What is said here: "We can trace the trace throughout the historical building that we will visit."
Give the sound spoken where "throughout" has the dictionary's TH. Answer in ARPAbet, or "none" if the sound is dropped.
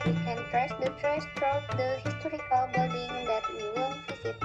T